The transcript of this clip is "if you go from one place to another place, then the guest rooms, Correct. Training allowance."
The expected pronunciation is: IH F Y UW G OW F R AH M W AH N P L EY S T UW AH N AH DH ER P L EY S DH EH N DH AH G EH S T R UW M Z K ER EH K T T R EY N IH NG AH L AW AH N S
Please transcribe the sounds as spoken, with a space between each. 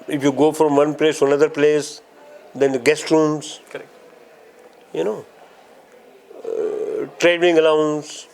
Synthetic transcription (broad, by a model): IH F Y UW G OW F R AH M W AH N P L EY S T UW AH N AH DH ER P L EY S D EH N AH G EH S T R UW M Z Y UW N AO T R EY IH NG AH L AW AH N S